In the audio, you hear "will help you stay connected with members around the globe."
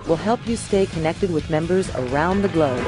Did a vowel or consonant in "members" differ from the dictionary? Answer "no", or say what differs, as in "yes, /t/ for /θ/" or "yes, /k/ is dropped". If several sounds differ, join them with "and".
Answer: no